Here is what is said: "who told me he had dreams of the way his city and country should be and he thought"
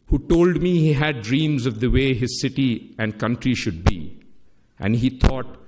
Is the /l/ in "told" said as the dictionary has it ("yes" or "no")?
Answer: yes